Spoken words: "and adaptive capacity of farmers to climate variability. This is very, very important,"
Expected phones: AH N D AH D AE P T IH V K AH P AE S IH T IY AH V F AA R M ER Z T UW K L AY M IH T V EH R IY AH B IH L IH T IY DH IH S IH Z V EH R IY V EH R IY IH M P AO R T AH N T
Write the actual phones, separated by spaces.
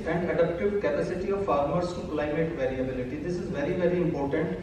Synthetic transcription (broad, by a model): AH N D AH D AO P T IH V K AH P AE S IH T IY AH V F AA R M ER S T UW K L AY M IH T V EH R IY AH B IH L IH T IY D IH S IH Z V EH R IY V EH R IY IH M P AO R T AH N T